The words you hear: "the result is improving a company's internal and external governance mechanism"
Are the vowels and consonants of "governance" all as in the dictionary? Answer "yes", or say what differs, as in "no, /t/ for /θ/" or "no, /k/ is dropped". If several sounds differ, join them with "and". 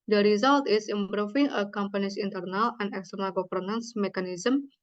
no, /p/ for /v/